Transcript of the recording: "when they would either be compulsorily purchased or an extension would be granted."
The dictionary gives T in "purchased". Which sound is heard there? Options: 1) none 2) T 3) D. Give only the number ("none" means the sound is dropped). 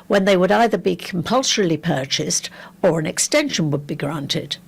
2